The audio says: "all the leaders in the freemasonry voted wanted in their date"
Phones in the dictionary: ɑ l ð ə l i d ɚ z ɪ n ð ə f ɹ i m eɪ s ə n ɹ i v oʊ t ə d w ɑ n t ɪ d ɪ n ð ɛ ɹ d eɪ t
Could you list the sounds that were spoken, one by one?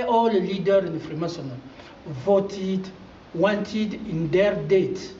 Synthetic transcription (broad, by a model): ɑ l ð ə l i d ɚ ɪ n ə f ɹ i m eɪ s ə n i v oʊ t ə d w ɑ n t ɪ d ɪ n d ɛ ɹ d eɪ t